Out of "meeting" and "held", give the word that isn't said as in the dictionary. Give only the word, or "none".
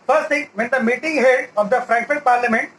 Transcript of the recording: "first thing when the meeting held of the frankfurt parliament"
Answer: held